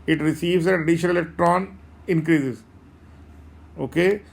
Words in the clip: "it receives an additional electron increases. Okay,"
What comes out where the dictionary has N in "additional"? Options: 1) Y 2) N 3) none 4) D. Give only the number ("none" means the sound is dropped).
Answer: 3